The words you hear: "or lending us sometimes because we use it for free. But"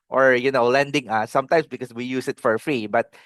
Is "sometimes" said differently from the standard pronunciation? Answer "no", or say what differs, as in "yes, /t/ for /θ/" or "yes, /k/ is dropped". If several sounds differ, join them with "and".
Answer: yes, /s/ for /z/